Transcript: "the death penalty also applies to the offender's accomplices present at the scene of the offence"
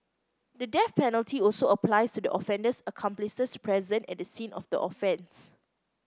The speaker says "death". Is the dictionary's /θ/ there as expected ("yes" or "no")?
no